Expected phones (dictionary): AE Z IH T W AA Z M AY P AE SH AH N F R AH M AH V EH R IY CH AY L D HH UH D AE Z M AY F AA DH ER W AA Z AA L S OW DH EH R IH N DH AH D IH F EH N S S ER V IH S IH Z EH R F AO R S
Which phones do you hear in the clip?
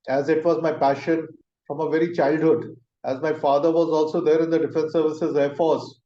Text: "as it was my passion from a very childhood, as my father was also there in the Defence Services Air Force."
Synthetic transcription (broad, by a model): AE Z IH T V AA Z M AY P AE SH AH N F R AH M AH V EH R IY CH AY L D HH UH D AE Z M AY F AA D ER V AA Z AA L S OW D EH R IH N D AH D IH F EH N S S ER V IH S IH Z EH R F AO R S